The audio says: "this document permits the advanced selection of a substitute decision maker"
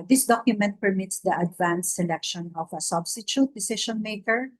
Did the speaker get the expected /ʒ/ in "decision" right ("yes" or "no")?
no